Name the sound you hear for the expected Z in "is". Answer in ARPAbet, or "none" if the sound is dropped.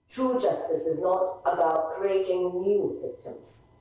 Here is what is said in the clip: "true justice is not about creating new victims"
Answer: Z